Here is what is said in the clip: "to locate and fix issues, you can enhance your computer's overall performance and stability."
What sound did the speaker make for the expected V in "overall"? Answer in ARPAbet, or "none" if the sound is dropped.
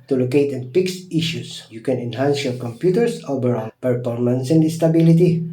B